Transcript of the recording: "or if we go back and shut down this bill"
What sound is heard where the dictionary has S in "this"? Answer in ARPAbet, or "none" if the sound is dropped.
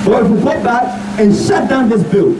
S